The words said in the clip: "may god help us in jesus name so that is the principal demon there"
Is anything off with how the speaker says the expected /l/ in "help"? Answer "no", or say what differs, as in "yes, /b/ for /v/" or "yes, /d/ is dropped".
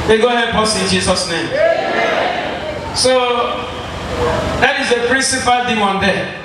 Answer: yes, /l/ is dropped